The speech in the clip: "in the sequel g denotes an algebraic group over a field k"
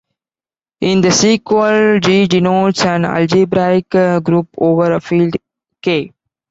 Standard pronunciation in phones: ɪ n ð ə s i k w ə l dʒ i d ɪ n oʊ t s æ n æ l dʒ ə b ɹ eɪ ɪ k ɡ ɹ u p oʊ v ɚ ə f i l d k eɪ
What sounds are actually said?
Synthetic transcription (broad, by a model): ɪ n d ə s i k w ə l dʒ i d ɪ n oʊ t s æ n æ l dʒ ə b ɹ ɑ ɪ k ɡ ɹ u p oʊ v ɚ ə f i l d k eɪ